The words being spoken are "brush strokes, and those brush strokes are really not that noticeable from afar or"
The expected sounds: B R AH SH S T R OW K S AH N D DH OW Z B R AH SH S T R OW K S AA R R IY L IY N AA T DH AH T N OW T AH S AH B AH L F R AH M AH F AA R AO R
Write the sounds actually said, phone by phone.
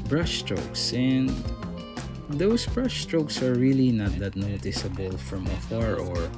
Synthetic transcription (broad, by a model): B R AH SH S T R OW K S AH N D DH OW S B R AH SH S T R OW K S AA R R IY L IY N AA T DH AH T N OW T AH S AH B AH L F R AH M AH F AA R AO R